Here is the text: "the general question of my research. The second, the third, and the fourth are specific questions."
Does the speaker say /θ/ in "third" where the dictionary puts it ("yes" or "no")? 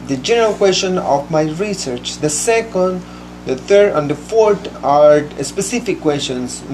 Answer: no